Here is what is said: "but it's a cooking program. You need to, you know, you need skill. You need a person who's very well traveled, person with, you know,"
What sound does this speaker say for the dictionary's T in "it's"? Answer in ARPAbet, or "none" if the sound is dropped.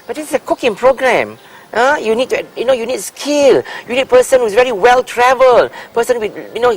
S